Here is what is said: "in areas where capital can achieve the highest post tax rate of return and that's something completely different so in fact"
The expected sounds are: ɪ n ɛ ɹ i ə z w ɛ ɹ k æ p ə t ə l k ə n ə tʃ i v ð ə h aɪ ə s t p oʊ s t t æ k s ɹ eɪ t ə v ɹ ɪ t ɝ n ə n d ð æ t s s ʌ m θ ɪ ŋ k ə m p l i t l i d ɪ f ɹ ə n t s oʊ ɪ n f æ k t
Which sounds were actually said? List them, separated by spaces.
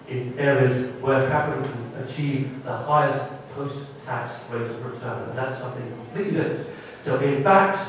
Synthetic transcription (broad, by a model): ɪ n ɛ ɹ i ə z w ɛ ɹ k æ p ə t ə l k ə n ə tʃ i v ð ə h aɪ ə s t p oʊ s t t æ k s w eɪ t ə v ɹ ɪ t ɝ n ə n ð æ t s s ʌ m θ ɪ ŋ k ə m p l i t l i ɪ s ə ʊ t ɪ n f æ k t